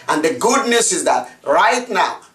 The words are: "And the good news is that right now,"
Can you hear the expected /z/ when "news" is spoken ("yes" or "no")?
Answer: no